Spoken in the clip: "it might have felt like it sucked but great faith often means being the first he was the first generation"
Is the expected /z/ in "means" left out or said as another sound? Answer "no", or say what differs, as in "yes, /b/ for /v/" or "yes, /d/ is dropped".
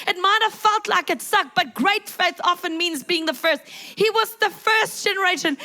no